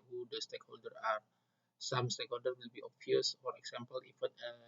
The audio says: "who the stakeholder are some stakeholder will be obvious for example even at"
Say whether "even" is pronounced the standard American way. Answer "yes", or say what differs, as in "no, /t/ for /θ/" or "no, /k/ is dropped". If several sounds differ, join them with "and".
no, /f/ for /v/